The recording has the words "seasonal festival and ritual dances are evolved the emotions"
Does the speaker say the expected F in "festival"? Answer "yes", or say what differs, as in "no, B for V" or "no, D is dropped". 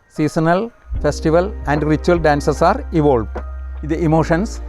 yes